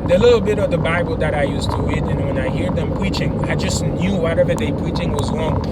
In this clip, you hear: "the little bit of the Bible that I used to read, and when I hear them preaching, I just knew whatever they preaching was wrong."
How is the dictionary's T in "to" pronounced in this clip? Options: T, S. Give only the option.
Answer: T